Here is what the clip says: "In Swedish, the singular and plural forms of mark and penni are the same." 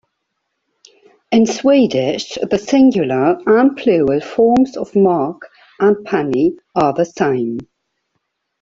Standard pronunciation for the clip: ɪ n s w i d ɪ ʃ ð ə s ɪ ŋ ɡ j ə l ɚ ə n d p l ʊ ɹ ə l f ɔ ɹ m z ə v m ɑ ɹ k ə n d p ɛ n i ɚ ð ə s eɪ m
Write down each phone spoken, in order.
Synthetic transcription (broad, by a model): ɪ n s w i d ɪ ʃ ð ə s ɪ ŋ ɡ j ə l ɚ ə n p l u ə l f ɔ m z ə v m ɑ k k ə n p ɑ n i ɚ ð ə s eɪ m